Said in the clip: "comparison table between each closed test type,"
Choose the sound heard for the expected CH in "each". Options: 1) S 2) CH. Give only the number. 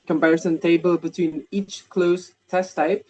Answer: 2